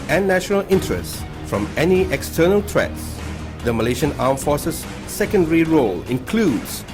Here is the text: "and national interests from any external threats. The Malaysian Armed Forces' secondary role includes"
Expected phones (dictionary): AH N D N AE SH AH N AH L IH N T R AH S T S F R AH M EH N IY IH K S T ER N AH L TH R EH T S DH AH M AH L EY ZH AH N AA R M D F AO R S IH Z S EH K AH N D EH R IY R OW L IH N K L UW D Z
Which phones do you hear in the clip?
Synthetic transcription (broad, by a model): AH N N AE SH AH N AH L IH N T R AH S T F R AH M EH N IY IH K S T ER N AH L T R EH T S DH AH M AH L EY SH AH N AA M F AO R S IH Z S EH K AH N D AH R IY R OW L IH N K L UW D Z